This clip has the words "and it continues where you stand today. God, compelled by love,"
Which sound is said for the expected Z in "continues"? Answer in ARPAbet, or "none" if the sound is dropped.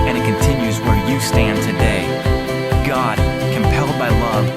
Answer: Z